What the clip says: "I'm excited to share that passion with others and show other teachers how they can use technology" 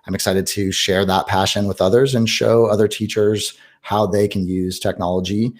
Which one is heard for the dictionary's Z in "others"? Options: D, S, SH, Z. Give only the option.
Z